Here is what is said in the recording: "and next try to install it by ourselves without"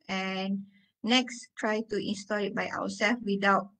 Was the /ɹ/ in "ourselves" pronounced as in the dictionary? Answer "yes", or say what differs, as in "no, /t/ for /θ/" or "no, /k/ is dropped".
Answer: no, /w/ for /ɹ/